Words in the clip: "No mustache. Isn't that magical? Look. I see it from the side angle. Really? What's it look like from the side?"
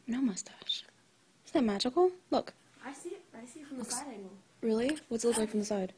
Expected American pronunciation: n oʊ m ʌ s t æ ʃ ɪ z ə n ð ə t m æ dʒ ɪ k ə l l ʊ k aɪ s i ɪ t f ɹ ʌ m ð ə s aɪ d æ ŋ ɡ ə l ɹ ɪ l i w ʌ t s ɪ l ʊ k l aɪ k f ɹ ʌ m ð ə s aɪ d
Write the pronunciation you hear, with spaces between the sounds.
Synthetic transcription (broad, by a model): n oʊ m ʌ s t æ ʃ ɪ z ð ə t m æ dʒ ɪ k l l ʊ k aɪ s i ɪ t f ɹ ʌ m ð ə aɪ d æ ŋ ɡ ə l ɹ ɪ l i w ʌ t s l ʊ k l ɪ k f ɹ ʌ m ð ə s aɪ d